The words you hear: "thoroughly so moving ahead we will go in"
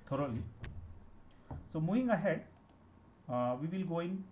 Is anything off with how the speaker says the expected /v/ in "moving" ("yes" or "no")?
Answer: yes